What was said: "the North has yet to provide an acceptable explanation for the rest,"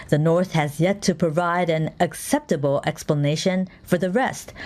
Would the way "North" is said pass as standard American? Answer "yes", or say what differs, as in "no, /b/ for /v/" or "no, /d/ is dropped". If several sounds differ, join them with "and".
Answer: yes